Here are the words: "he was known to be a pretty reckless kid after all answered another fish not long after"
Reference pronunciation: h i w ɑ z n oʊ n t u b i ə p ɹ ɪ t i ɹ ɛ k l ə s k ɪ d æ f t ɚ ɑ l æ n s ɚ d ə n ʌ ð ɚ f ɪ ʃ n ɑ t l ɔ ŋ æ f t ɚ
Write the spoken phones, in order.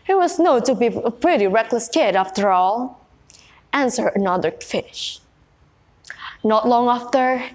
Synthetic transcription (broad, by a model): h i w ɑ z n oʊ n t u b i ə p ɹ ɪ t i ɹ ɛ k l ə s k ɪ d æ f t ɚ ɑ l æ n s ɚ ə n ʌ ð ɚ f ɪ ʃ n ɑ t l ɔ ŋ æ f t ɚ